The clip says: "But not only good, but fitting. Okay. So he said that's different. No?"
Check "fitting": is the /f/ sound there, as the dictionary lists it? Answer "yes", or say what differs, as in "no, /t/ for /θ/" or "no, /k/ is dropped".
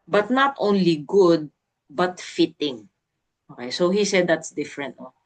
yes